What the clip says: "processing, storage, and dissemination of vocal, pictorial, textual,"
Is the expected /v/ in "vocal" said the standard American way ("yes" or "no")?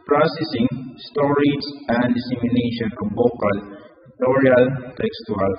no